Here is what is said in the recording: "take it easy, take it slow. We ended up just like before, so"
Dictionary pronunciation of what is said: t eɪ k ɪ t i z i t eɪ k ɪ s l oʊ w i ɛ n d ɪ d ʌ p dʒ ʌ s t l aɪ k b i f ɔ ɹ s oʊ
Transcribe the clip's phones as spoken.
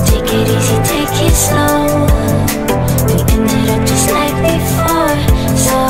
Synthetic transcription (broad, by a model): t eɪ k ɪ t i z i t eɪ k ɪ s oʊ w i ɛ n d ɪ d ʌ p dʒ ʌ s t l aɪ k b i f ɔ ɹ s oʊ